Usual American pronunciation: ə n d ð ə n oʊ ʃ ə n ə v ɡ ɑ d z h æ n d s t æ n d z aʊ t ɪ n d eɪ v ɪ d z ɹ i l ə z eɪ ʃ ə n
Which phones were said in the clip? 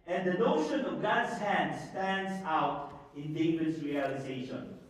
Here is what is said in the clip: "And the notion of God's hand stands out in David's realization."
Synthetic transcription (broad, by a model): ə n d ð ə n oʊ ʃ ə n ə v ɡ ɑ d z h æ n d s t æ n d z aʊ t ɪ n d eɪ ɪ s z ɹ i l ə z eɪ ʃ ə n